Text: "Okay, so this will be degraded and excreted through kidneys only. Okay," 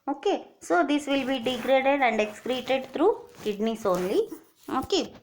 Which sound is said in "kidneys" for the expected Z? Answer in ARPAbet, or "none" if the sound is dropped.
S